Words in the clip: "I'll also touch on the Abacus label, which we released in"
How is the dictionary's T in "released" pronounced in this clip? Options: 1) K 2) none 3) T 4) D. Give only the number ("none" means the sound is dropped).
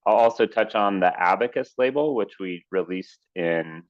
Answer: 3